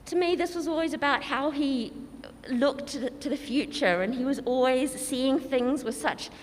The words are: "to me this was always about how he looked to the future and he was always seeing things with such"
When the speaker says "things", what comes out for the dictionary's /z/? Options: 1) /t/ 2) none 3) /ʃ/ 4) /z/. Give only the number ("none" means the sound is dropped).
4